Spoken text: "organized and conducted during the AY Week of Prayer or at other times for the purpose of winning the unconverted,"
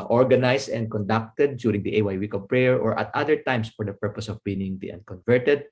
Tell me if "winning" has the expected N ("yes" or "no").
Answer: no